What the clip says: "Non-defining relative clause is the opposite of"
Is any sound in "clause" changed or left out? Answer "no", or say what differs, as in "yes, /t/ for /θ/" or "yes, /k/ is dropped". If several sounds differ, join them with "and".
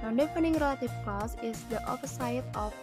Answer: yes, /l/ is dropped